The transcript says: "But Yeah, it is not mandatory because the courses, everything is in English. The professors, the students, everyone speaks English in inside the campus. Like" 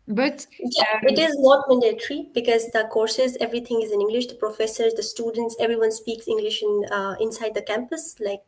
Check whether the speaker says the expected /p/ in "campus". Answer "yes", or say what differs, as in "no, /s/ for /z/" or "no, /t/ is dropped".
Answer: yes